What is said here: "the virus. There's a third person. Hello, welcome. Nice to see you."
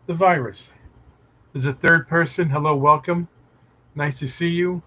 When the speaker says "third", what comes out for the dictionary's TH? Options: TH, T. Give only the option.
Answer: TH